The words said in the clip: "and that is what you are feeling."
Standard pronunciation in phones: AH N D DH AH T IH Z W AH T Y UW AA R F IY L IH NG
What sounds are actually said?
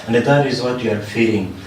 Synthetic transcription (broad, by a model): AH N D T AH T IH Z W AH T Y UW AA R F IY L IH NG